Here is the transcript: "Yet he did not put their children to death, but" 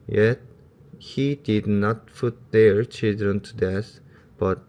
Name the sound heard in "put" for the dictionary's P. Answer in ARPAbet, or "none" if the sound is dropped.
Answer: F